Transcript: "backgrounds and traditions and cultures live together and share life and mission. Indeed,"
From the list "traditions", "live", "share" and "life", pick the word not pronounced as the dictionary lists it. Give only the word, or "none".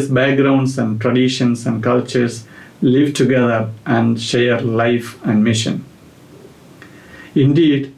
traditions